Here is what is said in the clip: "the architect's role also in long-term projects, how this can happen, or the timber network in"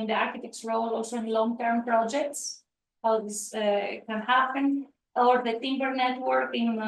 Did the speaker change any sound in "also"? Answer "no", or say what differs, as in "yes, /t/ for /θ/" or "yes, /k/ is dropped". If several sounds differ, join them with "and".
no